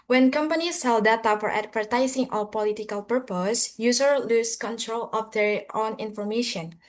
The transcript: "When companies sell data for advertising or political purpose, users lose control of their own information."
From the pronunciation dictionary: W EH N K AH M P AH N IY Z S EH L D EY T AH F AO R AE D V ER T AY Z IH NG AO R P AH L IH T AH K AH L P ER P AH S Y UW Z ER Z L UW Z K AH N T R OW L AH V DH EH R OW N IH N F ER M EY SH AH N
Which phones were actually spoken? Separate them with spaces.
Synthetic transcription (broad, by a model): W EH N K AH M P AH N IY S EH L D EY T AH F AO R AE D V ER T AY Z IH NG AO L P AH L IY T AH K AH L P ER P AH S Y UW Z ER L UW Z K AH N T R OW L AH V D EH R OW N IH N F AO M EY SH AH N